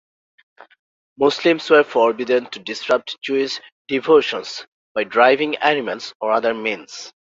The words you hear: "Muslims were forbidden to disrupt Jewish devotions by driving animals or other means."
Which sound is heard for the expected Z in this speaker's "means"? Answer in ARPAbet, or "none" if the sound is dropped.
S